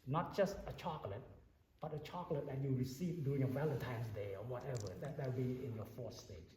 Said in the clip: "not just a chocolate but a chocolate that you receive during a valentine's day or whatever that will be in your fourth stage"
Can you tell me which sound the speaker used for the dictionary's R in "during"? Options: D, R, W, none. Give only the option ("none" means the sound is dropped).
none